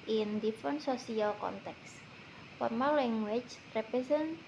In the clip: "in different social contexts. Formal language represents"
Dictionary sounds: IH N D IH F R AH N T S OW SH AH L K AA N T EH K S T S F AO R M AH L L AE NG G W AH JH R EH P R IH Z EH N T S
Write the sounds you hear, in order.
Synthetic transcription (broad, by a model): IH N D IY F R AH N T S OW S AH L K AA N T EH K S S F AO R M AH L L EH NG G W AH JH R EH P R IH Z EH N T